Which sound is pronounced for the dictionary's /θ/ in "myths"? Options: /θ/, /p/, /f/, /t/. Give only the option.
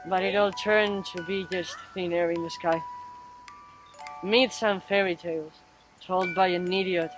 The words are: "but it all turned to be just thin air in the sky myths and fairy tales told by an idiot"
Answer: /t/